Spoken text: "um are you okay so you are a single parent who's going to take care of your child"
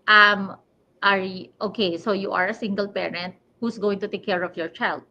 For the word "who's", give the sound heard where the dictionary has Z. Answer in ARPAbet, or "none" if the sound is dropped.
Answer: S